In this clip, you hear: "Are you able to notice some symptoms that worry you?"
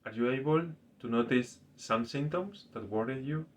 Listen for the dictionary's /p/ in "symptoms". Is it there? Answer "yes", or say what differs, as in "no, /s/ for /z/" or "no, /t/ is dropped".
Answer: no, /p/ is dropped